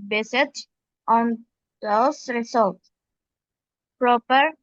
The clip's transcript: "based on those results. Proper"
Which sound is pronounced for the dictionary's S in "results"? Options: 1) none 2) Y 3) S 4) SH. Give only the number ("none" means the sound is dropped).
1